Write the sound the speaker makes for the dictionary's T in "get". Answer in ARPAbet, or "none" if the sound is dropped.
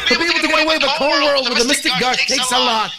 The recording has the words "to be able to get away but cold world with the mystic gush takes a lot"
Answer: none